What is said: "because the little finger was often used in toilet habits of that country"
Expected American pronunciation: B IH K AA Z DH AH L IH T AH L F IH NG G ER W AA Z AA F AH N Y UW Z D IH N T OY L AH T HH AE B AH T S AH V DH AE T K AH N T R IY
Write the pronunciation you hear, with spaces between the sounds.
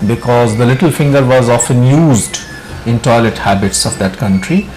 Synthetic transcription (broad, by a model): B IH K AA Z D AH L IH T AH L F IH NG G ER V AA Z AA F AH N Y UW Z D IH N T OY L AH T HH AE B AH T S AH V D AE T K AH N T R IY